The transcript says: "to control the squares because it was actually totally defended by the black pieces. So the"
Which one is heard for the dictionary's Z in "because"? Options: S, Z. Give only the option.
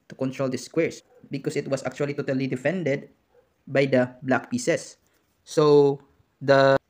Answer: S